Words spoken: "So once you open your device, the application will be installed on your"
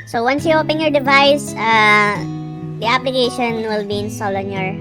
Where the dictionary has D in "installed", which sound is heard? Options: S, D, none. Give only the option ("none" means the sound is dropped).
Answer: none